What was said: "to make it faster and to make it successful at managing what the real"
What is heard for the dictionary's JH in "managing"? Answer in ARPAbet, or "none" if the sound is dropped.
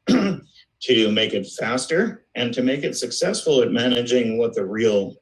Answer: JH